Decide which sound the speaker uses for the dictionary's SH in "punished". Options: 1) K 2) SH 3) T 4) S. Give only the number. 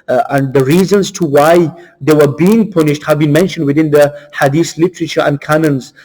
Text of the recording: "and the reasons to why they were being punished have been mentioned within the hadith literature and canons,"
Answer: 2